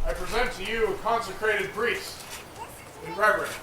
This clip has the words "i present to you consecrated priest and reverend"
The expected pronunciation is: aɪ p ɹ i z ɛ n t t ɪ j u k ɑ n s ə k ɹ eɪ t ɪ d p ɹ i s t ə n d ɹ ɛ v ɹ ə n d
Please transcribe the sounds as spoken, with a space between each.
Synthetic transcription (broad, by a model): aɪ p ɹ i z ɛ n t t ɪ j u k ɑ n s ə k ɹ eɪ t ɪ d b ɹ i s ə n ɹ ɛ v ɹ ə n